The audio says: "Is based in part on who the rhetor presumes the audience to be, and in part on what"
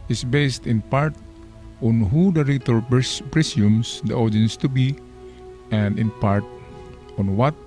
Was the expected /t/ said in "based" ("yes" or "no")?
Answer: yes